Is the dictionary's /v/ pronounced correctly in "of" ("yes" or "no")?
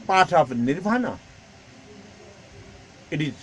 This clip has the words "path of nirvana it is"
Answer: no